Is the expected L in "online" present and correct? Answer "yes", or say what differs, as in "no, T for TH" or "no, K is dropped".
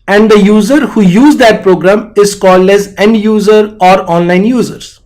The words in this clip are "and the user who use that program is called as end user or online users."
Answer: yes